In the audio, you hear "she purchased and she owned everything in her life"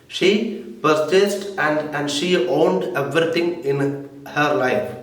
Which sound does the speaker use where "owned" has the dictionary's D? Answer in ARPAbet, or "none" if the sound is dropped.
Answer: D